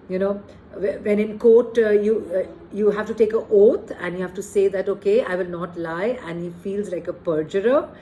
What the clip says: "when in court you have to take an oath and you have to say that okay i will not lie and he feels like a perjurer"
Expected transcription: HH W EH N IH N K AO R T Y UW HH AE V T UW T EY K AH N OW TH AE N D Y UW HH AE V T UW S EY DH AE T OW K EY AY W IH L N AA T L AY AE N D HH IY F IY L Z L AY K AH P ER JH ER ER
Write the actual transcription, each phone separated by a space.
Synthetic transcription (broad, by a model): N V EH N IH N K AO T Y Y UW HH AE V T UW T EY K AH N OW T AE N D Y UW HH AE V T UW S EY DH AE T OW K EY AY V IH L N AA T L AY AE N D HH IY F IY L Z L AY K AH P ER JH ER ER